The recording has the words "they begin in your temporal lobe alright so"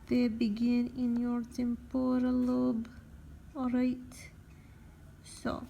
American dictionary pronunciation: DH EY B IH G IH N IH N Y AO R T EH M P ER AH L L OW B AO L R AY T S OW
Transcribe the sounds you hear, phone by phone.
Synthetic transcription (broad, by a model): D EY B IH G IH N IH N Y AO R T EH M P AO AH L L OW B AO R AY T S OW